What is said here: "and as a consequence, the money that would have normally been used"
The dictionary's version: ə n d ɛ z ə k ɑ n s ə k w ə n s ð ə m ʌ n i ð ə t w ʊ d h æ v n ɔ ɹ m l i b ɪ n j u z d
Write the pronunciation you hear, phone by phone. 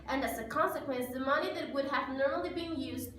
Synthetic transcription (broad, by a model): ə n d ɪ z ə k ɑ n s ə k w ə n s ð ə m ʌ n i ð ə t w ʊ d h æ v n ɔ ɹ m l i b ɪ n j u z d